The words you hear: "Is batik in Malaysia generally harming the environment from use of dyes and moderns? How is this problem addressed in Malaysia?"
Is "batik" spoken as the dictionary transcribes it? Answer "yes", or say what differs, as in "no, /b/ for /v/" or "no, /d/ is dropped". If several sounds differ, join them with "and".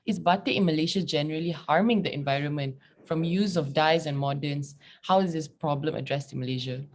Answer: no, /k/ is dropped